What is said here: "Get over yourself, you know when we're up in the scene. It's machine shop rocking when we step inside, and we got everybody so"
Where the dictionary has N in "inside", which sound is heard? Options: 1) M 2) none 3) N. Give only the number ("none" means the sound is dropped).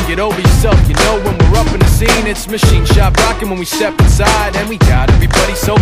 3